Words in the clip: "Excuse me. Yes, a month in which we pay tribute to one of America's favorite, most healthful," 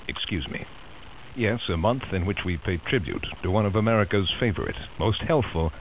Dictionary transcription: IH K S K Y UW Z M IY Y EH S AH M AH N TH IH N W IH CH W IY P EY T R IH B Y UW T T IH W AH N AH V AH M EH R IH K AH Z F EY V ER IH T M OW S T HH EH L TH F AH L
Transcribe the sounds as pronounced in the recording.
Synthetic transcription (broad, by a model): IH K S K Y UW Z M IY Y EH S AH M AH N TH IH N W IH CH W IY P EY T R IH B Y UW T T IH W AH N AH V AH M EH R IH K AH Z F EY V ER IH T M OW S T HH EH L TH F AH L